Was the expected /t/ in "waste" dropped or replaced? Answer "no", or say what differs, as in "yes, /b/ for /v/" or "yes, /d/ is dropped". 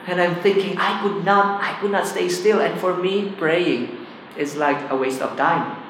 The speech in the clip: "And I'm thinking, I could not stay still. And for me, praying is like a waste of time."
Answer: no